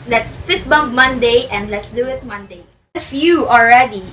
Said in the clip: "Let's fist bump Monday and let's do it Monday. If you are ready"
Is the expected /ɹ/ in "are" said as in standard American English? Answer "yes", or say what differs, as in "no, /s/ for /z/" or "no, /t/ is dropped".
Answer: no, /l/ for /ɹ/